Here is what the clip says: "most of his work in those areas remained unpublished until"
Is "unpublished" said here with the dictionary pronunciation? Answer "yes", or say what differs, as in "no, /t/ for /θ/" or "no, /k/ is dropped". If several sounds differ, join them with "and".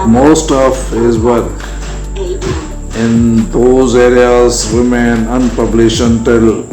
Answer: no, /t/ is dropped